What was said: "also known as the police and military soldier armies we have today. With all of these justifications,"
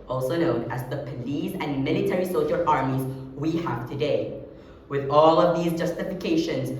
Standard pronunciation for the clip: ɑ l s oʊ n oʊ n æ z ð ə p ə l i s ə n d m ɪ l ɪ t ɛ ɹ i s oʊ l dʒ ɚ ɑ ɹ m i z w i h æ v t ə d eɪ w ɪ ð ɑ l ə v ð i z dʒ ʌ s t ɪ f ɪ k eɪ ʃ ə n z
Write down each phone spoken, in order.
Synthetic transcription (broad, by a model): ɑ l s oʊ n oʊ n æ z ð ə p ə l i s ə n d m ɪ l ɪ t ɛ ɹ i s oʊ dʒ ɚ ɑ ɹ m i z w i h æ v t ə d eɪ w ɪ ð ɑ l ə v ð i z dʒ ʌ s t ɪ f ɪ k eɪ ʃ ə n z